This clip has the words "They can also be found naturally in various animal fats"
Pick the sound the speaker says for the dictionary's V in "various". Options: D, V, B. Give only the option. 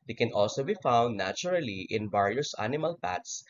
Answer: B